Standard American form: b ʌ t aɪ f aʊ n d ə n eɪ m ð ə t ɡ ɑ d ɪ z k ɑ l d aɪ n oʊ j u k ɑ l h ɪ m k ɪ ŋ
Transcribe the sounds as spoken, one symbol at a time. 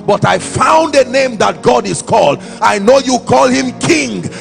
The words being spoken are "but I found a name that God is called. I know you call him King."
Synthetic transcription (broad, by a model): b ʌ t aɪ f aʊ n d ə n eɪ m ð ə t ɡ ɑ d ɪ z k ɑ l d aɪ n oʊ j u k ɑ l h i m k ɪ ŋ